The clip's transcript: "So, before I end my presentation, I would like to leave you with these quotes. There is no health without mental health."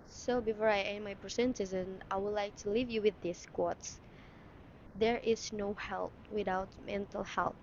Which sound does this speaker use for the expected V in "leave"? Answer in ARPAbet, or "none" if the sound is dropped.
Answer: V